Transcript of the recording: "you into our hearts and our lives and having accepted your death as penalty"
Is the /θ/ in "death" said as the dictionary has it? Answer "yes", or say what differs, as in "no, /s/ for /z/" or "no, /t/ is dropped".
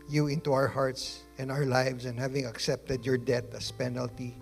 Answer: no, /t/ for /θ/